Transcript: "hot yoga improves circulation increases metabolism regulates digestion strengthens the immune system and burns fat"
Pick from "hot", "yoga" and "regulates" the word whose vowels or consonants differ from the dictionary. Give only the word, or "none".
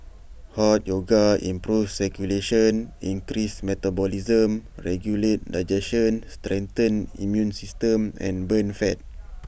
regulates